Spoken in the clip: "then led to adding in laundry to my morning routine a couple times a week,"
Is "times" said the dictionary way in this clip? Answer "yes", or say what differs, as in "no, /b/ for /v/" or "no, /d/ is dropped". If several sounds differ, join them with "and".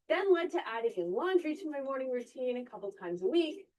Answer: yes